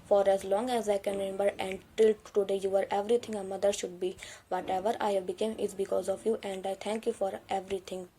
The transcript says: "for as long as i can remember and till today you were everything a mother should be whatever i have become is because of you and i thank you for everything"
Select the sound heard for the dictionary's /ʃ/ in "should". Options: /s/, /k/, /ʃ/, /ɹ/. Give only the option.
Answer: /ʃ/